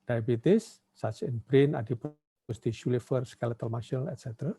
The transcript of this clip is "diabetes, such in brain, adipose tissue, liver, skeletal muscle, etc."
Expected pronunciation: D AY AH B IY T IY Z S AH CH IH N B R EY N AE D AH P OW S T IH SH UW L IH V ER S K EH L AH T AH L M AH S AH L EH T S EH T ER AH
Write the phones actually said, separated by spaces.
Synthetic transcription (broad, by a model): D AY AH B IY T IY S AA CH IH N B R EY N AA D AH P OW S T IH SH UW L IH F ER S K EH L AH T AH L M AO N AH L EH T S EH T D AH